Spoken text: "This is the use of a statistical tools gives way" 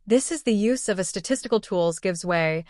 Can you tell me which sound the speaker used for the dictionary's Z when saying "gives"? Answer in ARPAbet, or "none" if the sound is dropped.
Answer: Z